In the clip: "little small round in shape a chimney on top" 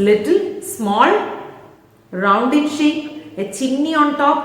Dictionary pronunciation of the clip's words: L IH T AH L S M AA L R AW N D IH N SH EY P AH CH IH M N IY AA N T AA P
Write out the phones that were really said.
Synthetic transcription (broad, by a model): L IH T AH L S M AA L R AW N D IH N SH EY P AH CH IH N IY AA N T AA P